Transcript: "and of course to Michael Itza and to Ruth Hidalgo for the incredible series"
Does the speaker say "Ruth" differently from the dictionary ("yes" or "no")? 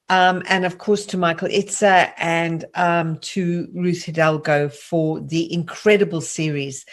no